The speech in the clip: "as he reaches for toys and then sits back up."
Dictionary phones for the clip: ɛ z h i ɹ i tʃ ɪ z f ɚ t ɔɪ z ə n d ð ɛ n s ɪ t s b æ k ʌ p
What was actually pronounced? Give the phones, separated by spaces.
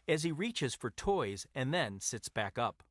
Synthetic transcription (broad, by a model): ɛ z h i ɹ i tʃ ɪ z f ɚ t ɔɪ z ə n ð ɛ n s ɪ t s b æ k ʌ p